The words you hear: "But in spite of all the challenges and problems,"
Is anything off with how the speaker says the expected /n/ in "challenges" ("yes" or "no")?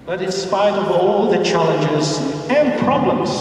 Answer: no